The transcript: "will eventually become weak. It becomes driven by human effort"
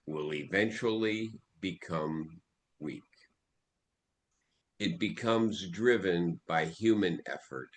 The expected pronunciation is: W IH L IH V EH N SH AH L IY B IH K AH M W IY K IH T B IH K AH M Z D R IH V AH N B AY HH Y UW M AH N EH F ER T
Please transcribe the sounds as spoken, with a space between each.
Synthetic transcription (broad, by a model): W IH L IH V EH N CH L IY B IH K AH M W IY K IH T B IH K AH M Z D R IH V AH N B AY HH Y UW M AH N EH F ER T